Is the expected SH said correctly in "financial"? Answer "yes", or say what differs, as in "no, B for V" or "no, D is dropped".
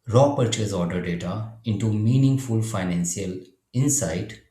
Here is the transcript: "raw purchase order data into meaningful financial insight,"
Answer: no, S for SH